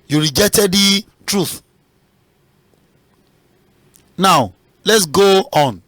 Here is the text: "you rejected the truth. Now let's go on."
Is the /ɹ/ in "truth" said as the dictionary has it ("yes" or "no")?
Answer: yes